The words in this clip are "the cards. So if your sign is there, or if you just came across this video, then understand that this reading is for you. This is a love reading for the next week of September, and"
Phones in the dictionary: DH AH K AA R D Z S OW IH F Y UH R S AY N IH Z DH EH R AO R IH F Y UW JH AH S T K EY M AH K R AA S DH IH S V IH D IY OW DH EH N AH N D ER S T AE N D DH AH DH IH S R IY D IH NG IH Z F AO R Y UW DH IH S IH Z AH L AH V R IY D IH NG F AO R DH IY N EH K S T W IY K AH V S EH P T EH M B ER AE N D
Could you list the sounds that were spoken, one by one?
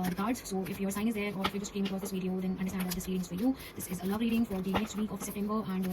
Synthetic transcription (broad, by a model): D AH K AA R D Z S OW IH F Y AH R S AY IH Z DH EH R AO R IH F Y UW JH AH S T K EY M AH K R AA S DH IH S V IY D IY OW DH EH N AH N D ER S T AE N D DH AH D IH S R IY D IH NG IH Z F AO R Y UW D IH S IH Z AH L AH V R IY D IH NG F AO R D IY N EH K S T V IY K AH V S EH P T EH M B ER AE N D